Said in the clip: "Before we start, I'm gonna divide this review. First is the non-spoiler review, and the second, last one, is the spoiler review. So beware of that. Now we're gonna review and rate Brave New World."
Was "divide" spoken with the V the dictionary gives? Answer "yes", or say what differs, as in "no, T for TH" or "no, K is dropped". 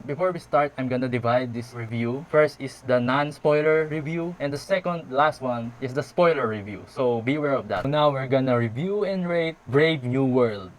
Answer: yes